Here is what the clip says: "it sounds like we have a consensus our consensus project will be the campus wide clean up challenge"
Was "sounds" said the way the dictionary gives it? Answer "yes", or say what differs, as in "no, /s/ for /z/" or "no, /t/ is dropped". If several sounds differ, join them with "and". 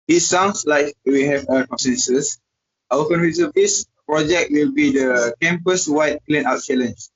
no, /s/ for /z/